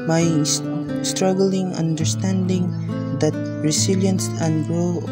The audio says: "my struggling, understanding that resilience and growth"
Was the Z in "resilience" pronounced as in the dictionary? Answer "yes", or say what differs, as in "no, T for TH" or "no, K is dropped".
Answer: no, S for Z